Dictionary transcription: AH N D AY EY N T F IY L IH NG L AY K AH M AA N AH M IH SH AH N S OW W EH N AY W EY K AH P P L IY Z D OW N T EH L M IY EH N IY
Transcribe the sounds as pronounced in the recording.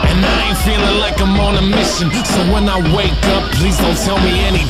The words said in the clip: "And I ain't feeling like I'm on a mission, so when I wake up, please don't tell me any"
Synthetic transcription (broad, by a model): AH N AY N F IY L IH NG L AY K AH M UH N AH M IH SH AH N S OW W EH N AY W EY K AH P P L IY Z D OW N T EH L M IY EH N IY